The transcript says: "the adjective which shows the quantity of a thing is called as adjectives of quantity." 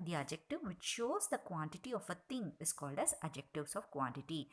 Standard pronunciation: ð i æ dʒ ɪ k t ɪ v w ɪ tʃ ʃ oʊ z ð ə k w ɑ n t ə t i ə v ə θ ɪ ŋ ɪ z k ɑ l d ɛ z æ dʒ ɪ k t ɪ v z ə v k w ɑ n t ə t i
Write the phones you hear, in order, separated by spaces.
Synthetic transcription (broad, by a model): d i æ dʒ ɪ k t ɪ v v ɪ tʃ ʃ oʊ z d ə k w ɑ n t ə t i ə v ə t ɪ ŋ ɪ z k ɑ l d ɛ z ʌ dʒ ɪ k t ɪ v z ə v k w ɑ n t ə t i